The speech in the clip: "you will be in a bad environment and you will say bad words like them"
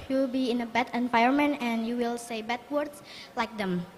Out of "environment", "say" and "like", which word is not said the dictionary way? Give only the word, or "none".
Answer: environment